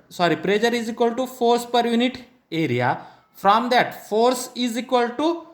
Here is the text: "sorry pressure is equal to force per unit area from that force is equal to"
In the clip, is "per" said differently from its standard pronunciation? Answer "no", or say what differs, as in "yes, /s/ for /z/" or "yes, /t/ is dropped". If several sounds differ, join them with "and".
no